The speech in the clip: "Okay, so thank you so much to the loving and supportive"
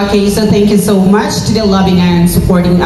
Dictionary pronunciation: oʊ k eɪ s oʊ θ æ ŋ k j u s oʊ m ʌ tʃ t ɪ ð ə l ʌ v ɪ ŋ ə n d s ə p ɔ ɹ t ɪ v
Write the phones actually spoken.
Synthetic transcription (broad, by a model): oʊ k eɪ s oʊ θ æ ŋ k j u s oʊ m ʌ tʃ t ɪ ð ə l ʌ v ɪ ŋ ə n s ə p ɔ ɹ t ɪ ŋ